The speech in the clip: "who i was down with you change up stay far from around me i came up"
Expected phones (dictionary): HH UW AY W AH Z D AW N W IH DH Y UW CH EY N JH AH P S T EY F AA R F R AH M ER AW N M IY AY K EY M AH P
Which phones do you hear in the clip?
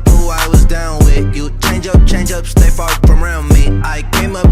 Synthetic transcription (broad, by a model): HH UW AY W AH Z D AW N W IH DH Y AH CH EY N JH AH P S T EY F AA R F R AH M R AW N M IY AY K EY M AH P